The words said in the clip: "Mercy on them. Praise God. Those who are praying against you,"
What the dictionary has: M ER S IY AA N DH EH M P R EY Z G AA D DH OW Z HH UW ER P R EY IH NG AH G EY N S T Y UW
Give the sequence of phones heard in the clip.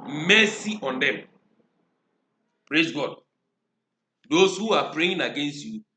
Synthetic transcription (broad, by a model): M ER S IY AA N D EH M P R EY Z G AA D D OW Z HH UW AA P R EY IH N AH G EY N S T Y UW